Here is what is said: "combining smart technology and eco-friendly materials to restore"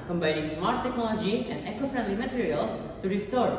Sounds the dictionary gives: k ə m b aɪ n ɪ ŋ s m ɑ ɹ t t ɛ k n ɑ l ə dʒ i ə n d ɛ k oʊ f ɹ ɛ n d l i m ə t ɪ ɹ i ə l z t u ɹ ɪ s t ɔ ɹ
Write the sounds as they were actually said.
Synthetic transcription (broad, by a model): k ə m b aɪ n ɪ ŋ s m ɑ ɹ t t ɛ k n ɑ l ə dʒ i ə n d ɛ k oʊ f ɹ ɛ n d l i m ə t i ɹ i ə l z t u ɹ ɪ s t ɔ ɹ